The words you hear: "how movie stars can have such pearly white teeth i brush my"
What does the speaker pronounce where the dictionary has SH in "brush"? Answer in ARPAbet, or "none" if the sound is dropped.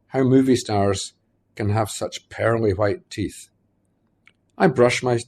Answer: SH